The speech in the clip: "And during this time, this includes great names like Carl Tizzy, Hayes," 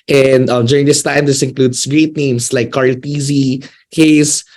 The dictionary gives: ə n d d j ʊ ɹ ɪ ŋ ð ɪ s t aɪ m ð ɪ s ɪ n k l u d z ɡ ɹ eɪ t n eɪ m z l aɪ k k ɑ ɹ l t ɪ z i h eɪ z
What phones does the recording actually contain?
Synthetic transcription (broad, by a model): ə n d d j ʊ ɹ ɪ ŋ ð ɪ s t aɪ m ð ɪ s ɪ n k l u d s ɡ ɹ eɪ t n eɪ m s l aɪ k k ɑ ɹ l t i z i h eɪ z